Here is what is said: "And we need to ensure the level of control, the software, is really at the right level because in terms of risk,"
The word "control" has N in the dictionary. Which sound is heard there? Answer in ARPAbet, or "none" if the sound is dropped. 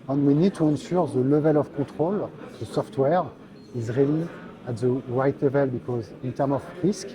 none